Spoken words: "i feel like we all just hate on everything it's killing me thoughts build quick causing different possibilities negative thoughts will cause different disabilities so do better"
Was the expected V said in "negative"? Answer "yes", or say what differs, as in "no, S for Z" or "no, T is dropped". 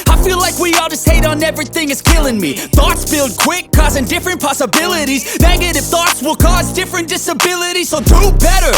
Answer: no, F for V